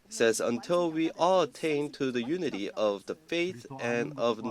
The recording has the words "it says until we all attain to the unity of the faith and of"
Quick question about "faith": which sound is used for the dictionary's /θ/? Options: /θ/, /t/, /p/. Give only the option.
/θ/